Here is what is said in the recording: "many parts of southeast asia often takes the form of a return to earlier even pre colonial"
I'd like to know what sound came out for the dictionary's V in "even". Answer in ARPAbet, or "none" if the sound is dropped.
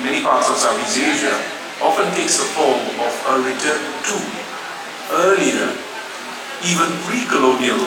V